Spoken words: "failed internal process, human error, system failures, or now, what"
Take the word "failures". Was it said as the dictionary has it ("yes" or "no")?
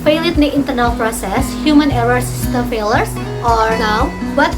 no